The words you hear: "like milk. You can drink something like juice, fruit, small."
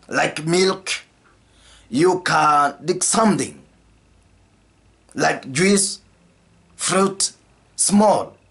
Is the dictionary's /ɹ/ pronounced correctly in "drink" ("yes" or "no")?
no